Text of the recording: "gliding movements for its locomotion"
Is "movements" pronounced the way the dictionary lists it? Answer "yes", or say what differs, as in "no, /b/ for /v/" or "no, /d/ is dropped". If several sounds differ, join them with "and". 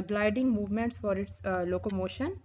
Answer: yes